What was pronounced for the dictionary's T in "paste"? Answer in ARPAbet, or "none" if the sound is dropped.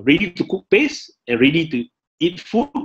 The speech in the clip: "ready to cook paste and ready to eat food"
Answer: none